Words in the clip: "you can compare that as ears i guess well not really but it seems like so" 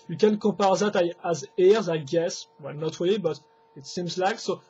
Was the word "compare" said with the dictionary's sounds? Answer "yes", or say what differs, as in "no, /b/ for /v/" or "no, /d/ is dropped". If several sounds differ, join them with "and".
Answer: no, /m/ is dropped